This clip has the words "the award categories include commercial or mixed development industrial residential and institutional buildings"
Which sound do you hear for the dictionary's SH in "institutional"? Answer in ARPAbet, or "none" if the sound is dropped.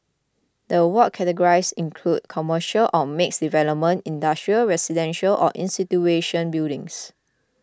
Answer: none